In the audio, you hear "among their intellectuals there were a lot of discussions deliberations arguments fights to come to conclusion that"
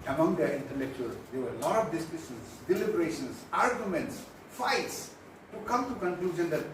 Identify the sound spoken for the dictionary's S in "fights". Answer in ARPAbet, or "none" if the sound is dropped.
S